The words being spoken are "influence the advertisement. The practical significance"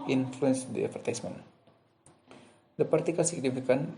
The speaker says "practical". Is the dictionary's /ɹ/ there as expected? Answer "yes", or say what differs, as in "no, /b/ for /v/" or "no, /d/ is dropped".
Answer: no, /ɹ/ is dropped